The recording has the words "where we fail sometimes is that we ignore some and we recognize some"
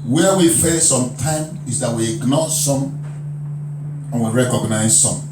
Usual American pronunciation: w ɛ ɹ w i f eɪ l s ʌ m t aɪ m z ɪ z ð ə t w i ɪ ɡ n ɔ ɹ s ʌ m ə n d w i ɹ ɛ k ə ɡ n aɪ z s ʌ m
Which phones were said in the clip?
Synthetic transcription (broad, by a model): w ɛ w i f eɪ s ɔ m t aɪ m ɪ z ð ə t w i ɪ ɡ n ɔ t s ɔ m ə n w i ɹ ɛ k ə ɡ n aɪ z s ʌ m